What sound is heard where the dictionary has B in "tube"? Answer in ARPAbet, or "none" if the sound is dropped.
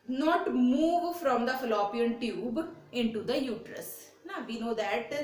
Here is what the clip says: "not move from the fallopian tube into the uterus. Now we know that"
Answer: B